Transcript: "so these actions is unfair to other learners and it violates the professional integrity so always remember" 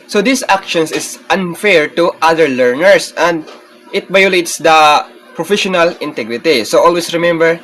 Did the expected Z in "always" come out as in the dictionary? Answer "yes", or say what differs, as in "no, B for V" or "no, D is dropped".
no, S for Z